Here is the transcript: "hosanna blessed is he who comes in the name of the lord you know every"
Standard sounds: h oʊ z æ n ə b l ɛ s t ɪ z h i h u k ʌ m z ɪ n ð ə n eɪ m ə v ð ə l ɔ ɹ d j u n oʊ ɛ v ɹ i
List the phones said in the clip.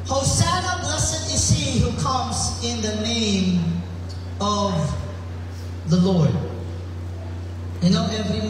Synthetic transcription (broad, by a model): h oʊ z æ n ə b l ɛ s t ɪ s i h u k ʌ m z ɪ n ð ə n eɪ m ə v ð ə l ɔ ɹ d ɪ n oʊ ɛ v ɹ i